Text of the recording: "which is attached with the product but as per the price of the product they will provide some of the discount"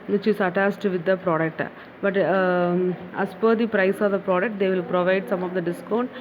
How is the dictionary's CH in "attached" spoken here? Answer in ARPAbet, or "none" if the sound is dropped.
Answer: S